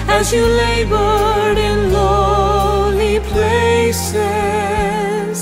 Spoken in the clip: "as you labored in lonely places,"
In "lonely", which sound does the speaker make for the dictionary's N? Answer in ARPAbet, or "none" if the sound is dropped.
none